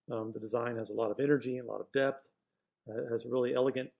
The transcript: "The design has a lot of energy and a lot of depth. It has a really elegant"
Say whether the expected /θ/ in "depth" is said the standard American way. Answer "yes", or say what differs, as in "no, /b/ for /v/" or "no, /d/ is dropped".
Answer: yes